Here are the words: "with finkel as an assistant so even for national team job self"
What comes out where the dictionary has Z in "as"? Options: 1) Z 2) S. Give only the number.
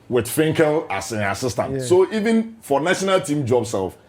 2